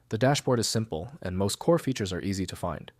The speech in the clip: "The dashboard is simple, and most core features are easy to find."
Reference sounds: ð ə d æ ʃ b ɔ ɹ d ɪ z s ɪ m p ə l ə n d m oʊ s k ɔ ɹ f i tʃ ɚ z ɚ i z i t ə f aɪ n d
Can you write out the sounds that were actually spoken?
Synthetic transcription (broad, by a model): ð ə d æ ʃ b ɔ ɹ d ɪ z s ɪ m p l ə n m oʊ s k ɔ ɹ f i tʃ ɚ z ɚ i z i t ə f aɪ n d